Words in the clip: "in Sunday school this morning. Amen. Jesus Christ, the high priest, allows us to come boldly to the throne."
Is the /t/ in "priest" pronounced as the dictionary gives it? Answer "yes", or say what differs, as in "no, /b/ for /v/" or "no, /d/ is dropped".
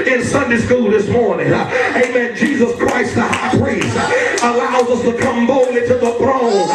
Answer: no, /t/ is dropped